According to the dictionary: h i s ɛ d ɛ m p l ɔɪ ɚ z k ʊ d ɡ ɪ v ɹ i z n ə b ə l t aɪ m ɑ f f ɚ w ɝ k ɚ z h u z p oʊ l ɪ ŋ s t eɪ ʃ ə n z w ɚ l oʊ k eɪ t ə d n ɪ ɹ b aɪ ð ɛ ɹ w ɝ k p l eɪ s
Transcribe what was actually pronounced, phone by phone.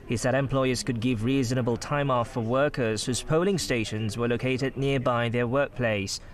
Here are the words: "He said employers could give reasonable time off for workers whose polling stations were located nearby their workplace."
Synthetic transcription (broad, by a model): h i s ɛ d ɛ m p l ɔɪ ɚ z k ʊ d ɡ ɪ v ɹ i z n ə b ə l t aɪ m ɑ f f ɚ w ɝ k ɚ z h u z p oʊ l ɪ ŋ s t eɪ ʃ ə n z w ɚ l oʊ k eɪ t ə d n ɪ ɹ b aɪ ð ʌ ɹ w ɝ k p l eɪ s